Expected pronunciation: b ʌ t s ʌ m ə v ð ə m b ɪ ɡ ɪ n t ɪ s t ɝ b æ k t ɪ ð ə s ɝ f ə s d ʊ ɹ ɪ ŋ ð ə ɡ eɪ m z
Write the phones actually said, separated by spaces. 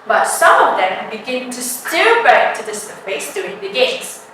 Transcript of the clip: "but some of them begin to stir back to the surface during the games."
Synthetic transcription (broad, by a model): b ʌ t s ʌ m ə v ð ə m b ɪ ɡ ɪ n t ɪ s t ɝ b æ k t ɪ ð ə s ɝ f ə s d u ɪ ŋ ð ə ɡ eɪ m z